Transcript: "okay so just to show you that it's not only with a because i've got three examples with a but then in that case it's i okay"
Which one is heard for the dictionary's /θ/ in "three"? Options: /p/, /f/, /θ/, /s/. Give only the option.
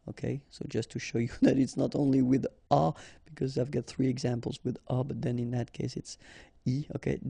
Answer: /θ/